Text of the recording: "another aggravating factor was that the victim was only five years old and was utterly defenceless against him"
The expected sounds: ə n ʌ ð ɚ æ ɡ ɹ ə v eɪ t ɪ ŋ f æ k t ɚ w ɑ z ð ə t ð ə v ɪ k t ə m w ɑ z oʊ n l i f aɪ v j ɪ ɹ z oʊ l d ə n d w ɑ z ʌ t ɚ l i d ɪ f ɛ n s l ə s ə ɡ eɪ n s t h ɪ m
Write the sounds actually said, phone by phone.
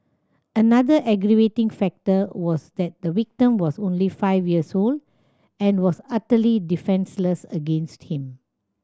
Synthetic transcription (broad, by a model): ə n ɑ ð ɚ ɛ ɡ ɹ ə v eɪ t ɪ ŋ f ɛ k t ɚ w ɑ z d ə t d ə w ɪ k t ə m w ɑ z oʊ n l i f aɪ v j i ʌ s oʊ l d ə n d w ɑ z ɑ t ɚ l i d ɪ f ɛ n s l ə s ə ɡ eɪ n s t h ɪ m